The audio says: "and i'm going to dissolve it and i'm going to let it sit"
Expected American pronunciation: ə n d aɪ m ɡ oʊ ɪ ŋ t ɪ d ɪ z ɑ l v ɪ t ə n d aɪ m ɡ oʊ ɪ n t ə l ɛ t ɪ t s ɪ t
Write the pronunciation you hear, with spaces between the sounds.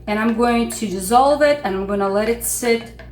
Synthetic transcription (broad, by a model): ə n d aɪ m ɡ oʊ ɪ ŋ t ɪ d ɪ z ɑ l v ɪ t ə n aɪ m ɡ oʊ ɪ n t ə l ɛ t ɪ t s ɪ t